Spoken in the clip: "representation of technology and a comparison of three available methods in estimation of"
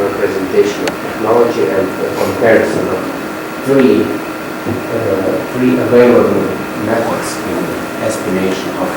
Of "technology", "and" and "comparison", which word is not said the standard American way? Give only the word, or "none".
none